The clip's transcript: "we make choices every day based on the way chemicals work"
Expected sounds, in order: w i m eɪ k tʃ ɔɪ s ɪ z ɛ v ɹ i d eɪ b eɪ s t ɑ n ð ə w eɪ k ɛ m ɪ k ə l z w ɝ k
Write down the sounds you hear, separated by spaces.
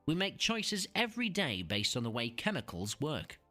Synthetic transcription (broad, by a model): w i m eɪ k tʃ ɔɪ s ɪ z ɛ v ɹ i d eɪ b eɪ s t n ð ə w eɪ k ɛ m ɪ k ə l z w ɝ k